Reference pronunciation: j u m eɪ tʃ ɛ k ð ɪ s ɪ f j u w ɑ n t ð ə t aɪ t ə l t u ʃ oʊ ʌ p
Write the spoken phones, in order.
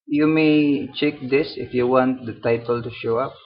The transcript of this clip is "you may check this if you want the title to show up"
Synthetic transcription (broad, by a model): j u m eɪ tʃ ɛ k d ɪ s ɪ f j u w ɑ n t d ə t aɪ t ə l t u ʃ oʊ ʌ p